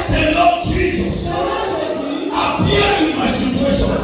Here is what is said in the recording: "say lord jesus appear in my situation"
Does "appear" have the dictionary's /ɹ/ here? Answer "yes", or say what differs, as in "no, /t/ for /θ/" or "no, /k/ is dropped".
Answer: no, /w/ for /ɹ/